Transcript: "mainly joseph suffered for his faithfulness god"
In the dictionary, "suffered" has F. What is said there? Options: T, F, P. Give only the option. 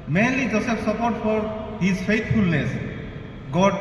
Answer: P